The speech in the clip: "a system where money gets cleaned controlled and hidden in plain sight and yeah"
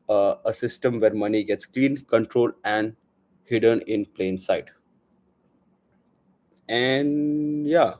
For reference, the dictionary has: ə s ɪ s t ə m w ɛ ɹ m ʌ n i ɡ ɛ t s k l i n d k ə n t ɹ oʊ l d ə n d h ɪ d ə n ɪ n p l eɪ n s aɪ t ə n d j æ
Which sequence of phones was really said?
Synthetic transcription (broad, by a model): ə s ɪ s t ə m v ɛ ɹ m ʌ n i ɡ ɛ t s k l i n k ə n t ɹ oʊ l ə n d h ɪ d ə n ɪ n p l eɪ n s aɪ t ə n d j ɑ